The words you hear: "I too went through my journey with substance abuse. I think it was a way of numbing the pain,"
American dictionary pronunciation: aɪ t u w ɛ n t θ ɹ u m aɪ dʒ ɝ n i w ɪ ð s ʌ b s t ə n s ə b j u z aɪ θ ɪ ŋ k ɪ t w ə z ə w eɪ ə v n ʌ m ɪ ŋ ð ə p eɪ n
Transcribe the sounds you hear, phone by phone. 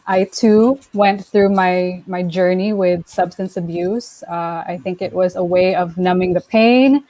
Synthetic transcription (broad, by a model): aɪ t u w ɛ n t θ ɹ u m aɪ dʒ ɝ n i w ɪ ð s ʌ b s t ə n s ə b j u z aɪ θ ɪ ŋ k ɪ t w ə z ə w eɪ ə v n ʌ m ɪ ŋ ð ə p eɪ n